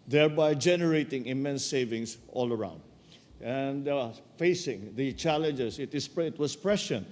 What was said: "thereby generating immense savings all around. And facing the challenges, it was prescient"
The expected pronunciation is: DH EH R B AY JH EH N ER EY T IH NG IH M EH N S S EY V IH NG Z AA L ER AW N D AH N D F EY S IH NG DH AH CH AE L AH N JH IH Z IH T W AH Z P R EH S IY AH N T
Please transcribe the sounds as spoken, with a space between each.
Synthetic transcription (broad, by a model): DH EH R B AY JH EH N ER EY T IH NG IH M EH N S S EY V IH NG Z AA L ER AW N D AH N D F EY S IH NG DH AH CH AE L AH N JH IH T IH T W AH S P R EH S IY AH N